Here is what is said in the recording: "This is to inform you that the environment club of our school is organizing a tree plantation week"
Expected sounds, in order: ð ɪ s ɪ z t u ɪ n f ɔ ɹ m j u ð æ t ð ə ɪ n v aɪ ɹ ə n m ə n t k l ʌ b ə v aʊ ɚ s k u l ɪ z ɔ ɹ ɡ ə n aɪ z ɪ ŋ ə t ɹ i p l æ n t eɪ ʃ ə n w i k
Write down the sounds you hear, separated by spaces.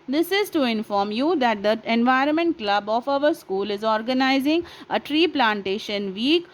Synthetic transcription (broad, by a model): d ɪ s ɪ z t u ɪ n f ɔ ɹ m j u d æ t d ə ɪ n v aɪ ɹ ə n m ə n t k l ʌ b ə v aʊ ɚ s k u l ɪ z ɔ ɹ ɡ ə n aɪ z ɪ ŋ ə t ɹ i p l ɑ n t eɪ ʃ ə n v i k